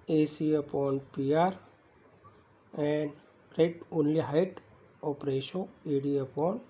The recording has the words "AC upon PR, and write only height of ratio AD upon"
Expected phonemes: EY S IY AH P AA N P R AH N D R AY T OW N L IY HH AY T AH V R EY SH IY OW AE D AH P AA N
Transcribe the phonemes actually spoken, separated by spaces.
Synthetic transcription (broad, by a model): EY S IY AH P AA N P R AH N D R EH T OW N L IY HH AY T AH P R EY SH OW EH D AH P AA N